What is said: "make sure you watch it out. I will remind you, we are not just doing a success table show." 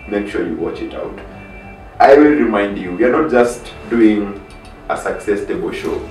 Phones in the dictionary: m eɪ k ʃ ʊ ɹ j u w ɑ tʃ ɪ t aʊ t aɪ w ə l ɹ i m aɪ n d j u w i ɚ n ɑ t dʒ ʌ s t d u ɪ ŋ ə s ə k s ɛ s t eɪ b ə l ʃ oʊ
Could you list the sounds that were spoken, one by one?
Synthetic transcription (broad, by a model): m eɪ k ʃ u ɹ j u w ɑ tʃ ɪ t aʊ t aɪ w ə l ɹ i m aɪ n d j u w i ɚ n ɑ t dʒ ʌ s t d u ɪ ŋ ə s ə k s ɛ s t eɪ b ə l ʃ oʊ